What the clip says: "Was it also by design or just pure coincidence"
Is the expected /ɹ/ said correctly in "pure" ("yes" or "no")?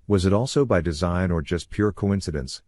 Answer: yes